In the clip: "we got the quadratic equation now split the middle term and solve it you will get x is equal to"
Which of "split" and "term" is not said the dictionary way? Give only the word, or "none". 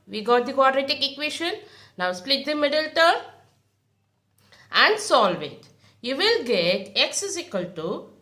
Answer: term